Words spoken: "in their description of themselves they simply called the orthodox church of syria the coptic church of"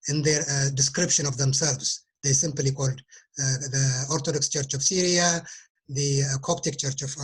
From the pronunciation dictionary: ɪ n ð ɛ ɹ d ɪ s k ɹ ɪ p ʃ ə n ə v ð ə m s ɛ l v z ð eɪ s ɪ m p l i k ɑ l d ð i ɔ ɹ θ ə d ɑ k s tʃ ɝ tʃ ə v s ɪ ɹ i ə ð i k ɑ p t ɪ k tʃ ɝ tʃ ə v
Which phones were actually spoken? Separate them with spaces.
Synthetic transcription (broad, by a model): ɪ n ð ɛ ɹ d ɪ s k ɹ ɪ p ʃ ə n ə v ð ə m s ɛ l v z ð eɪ s ɪ m p l i k ɑ l d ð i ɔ ɹ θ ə d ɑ k s tʃ ɝ tʃ ə v s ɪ ɹ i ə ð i k ɑ p t ɪ k tʃ ɝ tʃ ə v